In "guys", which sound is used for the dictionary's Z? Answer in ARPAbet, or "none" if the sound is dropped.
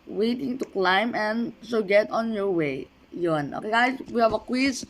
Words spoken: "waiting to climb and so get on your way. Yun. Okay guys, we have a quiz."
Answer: S